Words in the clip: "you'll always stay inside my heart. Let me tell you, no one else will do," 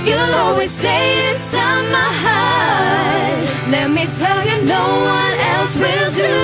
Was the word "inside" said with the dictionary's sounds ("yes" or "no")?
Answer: no